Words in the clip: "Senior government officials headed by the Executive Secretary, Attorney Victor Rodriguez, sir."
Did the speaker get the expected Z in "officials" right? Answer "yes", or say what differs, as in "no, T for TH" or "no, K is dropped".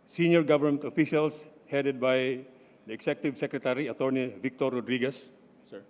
no, S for Z